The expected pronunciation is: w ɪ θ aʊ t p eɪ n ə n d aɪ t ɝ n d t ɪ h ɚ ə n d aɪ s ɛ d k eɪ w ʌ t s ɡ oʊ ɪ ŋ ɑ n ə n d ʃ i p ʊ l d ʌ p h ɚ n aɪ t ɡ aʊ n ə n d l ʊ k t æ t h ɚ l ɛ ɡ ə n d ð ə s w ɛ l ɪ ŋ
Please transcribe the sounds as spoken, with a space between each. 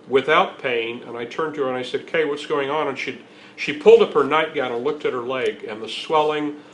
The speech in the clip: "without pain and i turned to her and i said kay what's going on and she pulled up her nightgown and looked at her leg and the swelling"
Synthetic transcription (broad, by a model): w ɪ θ aʊ t p eɪ n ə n aɪ t ɝ n t ɪ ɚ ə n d aɪ s ɛ d k eɪ w ʌ t s ɡ oʊ ɪ ŋ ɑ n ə n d ʃ i p ʊ l d ʌ p h ɚ n aɪ t ɡ aʊ n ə n l ʊ k t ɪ t h ɚ l ɛ ɡ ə n ð ə s w ɛ l ɪ ŋ